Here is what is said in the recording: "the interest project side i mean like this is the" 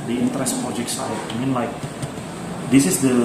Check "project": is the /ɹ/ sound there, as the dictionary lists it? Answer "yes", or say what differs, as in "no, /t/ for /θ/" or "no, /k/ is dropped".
no, /ɹ/ is dropped